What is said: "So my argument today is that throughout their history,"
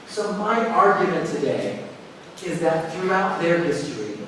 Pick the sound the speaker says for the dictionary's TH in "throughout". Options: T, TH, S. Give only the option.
TH